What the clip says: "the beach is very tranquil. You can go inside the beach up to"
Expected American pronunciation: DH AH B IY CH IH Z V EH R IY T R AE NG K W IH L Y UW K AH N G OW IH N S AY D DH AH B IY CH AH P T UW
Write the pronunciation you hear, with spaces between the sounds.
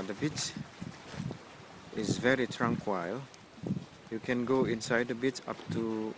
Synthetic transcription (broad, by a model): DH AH B IY CH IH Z V EH R IY T R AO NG K W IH L Y UW K AH N G OW IH N S AY D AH B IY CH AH P T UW